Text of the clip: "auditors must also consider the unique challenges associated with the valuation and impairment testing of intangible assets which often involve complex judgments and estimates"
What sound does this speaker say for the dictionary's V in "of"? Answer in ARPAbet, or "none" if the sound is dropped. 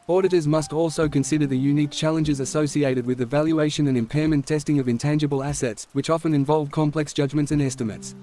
V